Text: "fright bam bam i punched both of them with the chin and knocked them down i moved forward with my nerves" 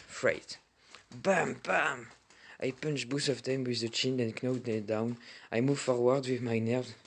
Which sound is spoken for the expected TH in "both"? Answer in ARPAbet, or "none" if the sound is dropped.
S